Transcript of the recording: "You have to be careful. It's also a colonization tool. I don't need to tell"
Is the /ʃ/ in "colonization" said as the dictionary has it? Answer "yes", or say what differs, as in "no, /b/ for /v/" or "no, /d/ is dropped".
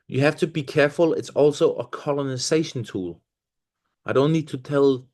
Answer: yes